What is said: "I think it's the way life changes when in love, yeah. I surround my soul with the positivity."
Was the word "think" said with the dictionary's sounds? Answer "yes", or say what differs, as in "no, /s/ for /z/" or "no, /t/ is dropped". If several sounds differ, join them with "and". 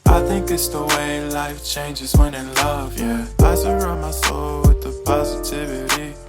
yes